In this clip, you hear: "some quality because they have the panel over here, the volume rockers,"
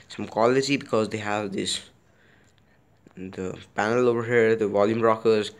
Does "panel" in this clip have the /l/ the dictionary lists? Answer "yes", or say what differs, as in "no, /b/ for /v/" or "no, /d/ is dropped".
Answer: yes